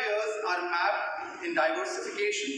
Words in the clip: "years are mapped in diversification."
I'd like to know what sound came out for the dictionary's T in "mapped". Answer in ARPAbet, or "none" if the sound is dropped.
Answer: none